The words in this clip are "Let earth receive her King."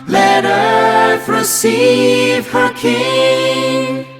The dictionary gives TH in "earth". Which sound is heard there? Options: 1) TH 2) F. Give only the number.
2